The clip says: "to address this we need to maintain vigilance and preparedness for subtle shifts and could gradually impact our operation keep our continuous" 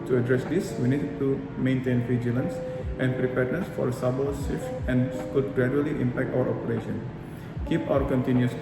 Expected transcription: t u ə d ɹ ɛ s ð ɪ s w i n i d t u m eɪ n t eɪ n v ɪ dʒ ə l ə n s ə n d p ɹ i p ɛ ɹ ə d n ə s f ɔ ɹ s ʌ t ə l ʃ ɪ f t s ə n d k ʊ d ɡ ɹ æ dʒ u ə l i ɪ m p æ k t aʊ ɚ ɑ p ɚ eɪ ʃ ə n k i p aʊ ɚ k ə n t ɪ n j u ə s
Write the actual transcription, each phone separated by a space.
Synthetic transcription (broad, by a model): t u ə d ɹ ɛ s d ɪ s w i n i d t u m eɪ n t eɪ n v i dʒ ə l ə n s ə n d p ɹ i p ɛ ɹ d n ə s f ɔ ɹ s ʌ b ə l s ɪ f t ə n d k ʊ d ɡ ɹ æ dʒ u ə l i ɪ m p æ k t aʊ ɚ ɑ p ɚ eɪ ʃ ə n k i p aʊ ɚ k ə n t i n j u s